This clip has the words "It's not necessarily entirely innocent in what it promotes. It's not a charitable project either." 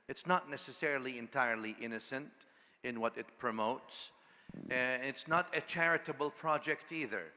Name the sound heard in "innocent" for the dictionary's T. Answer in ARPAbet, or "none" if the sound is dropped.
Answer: T